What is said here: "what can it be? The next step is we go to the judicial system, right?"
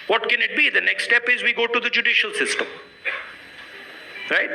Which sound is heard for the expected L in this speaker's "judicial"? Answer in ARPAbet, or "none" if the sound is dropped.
L